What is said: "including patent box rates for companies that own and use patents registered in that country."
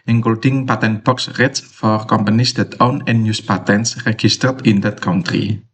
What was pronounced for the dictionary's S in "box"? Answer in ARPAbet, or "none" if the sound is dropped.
S